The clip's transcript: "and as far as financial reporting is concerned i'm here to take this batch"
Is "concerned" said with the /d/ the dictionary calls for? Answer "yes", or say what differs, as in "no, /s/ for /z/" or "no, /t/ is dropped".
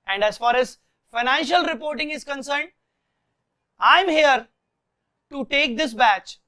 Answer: yes